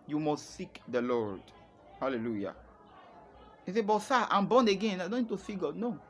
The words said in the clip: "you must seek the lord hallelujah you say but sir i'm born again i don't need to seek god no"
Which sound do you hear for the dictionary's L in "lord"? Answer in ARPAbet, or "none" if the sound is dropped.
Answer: L